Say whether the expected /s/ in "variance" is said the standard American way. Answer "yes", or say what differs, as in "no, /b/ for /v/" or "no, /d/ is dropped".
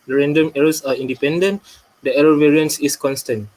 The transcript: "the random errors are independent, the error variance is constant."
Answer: yes